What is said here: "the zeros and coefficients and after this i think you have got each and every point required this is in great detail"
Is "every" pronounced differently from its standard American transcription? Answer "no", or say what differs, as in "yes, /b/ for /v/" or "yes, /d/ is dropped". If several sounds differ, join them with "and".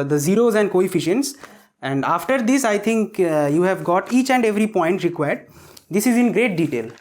no